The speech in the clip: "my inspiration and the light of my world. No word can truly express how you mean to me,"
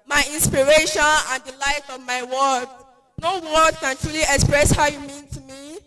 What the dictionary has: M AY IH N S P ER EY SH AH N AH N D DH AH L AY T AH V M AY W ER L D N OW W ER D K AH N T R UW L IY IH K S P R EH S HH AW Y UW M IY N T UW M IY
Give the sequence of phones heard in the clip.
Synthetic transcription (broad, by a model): M AY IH N S P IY EY SH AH N AH N D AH L AY T AH V M AY W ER D N OW W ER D K AH N T R UW L IY IH K S P R EH S HH AW Y UW M IY N T UW M IY